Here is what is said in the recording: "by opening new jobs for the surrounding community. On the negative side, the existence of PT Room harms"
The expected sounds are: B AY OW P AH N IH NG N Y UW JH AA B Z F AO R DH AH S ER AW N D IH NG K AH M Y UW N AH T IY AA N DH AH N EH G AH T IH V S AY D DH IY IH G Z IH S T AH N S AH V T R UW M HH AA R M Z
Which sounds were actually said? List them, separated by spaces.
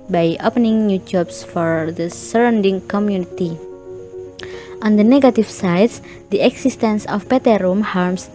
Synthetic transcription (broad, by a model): B AY OW P AH N IH NG N Y UW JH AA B S F AO R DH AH S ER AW N D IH NG K AH M Y UW N AH T IY AA N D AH N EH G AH T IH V S AY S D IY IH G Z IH S T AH N S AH P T R UW M HH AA R M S